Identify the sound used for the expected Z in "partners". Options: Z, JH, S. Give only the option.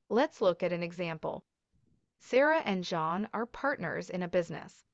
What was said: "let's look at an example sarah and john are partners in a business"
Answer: Z